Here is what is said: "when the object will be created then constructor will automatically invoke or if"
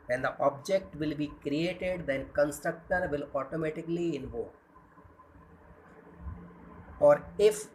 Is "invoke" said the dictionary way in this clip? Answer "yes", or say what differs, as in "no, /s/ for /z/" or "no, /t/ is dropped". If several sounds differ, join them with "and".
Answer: no, /k/ is dropped